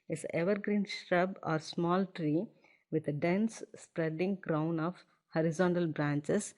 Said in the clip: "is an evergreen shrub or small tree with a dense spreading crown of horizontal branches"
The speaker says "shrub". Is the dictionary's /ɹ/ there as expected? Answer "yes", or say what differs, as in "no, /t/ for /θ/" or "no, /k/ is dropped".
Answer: yes